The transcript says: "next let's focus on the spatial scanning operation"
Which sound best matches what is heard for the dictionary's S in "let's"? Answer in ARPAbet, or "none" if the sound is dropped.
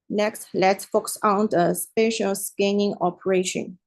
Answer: none